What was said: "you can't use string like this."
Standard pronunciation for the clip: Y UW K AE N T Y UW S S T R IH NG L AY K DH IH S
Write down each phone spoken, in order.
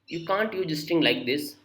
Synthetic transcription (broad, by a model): Y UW K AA N T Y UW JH S T IH NG L AY K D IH S